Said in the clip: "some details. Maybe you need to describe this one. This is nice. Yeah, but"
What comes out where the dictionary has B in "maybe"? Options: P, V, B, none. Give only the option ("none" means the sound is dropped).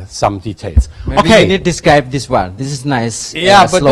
none